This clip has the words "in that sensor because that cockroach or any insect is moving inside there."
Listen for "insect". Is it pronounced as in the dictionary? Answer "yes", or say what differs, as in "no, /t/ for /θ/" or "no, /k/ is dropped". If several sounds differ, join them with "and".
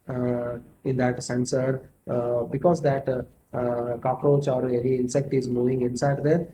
yes